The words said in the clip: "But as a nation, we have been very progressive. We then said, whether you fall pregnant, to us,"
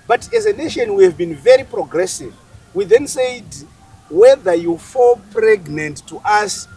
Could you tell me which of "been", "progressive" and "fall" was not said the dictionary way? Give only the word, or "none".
none